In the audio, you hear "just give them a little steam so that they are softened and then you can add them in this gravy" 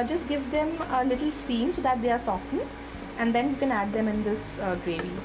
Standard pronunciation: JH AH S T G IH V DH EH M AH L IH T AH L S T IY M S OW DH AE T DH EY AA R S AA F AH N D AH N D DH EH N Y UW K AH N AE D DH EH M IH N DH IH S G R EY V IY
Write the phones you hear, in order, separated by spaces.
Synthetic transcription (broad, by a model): JH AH S T G IH V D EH M AH L IH T AH L S T IY M S OW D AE T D EY AA R S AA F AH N AH N D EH N Y UW K AH N AE D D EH M IH N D IH S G R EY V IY